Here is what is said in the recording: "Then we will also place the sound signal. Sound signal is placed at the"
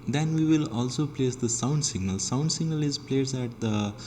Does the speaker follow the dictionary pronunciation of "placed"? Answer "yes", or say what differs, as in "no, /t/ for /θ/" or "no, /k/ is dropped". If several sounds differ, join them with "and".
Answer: no, /t/ is dropped